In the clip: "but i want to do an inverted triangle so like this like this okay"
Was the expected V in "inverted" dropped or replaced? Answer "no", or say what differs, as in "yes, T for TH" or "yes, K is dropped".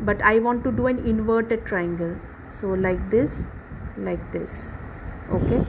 no